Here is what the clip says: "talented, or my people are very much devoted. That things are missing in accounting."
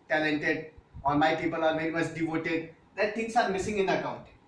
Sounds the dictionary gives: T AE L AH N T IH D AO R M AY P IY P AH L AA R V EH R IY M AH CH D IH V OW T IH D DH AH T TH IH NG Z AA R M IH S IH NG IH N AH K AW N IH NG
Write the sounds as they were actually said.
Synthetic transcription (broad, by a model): T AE L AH N T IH D AO R M AY P IY P AH L AA R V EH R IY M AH S D IH V OW T IH D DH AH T T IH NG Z AA R M IH S IH NG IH N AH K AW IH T